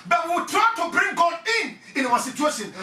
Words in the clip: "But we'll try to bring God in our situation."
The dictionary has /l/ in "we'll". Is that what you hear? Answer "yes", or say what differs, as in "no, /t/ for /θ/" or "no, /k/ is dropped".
no, /w/ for /l/